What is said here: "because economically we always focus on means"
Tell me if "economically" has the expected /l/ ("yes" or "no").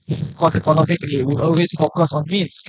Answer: no